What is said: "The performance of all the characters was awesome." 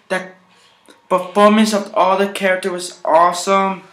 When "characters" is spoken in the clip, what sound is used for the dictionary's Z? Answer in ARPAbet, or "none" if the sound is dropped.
none